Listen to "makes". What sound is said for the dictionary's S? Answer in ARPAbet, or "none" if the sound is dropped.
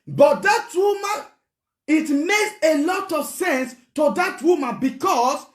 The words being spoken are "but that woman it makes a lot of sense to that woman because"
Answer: S